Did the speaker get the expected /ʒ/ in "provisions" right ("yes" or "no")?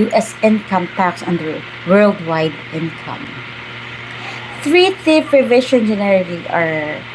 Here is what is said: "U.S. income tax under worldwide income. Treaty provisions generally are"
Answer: no